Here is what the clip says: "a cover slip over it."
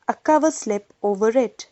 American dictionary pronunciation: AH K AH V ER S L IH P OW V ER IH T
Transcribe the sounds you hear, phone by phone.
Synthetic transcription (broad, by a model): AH K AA V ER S L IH P OW V ER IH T